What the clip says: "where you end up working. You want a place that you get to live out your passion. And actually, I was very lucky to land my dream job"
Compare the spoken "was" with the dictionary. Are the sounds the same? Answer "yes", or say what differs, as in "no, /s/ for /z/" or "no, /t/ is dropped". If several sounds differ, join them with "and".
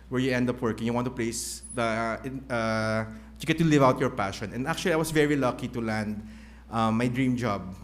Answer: no, /s/ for /z/